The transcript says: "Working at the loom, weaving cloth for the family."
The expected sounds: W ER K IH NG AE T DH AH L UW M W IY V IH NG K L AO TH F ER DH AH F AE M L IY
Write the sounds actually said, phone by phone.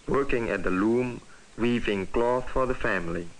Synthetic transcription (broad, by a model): W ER K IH NG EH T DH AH L UW M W IY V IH NG K L AO TH F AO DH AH F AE M L IY